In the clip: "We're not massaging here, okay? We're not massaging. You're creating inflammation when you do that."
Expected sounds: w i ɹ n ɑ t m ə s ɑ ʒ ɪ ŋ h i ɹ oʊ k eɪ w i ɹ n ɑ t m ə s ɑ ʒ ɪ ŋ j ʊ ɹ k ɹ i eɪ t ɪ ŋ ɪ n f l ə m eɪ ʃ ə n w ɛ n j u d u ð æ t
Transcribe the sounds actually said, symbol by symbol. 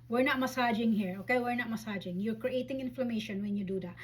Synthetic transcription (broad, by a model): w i ɹ n ɑ t m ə s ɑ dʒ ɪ ŋ h i ɹ oʊ k eɪ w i ɹ n ɑ t m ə s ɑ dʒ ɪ ŋ j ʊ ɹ k ɹ i eɪ t ɪ ŋ ɪ n f l ə m eɪ ʃ ə n w ɛ n j u d u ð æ t